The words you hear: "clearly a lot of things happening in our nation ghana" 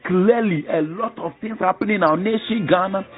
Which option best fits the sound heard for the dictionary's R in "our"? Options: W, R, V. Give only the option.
W